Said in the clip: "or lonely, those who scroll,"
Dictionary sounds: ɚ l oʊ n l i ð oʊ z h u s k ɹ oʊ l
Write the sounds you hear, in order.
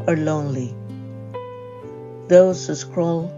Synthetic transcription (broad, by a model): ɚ l oʊ n l i ð oʊ z h u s k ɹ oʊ l